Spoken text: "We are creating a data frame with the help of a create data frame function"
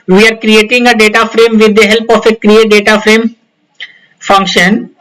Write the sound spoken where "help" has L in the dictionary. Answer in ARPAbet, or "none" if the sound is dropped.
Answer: L